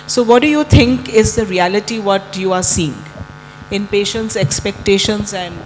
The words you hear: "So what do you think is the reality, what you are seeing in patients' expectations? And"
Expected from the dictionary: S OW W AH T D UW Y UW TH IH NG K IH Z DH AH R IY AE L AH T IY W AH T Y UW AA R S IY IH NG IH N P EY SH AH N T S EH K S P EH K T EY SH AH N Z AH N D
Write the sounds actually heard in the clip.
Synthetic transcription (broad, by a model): S OW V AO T D UW Y UW T IH NG K IH Z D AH R IY AE L AH T IY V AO T Y UW AA R S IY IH NG IH N P EY SH AH N T S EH K S P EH K T EY SH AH N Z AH N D